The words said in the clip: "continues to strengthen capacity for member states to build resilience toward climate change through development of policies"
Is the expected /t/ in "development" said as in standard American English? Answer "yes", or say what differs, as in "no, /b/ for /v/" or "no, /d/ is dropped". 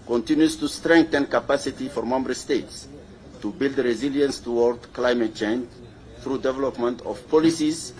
yes